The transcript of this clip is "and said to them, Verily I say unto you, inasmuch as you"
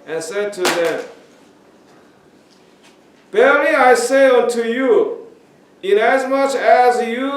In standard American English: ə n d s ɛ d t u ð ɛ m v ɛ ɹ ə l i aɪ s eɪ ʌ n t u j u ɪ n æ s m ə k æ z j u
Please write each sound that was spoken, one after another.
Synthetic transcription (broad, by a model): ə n s ɛ d t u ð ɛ m b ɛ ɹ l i aɪ s eɪ ʌ n t u j u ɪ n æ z m ə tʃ æ z j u